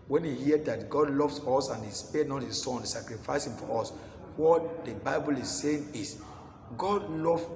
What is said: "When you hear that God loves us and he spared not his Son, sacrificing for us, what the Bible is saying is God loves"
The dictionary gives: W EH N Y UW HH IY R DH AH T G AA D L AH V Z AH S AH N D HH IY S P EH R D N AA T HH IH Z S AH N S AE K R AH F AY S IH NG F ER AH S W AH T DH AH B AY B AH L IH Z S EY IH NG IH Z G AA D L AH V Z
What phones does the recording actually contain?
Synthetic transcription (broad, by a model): W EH N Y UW HH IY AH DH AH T G AA D L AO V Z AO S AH N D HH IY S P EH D N AA T HH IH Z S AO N S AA K R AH F AY S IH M F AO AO S W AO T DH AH B AY B AH L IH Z S EY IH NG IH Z G AA D L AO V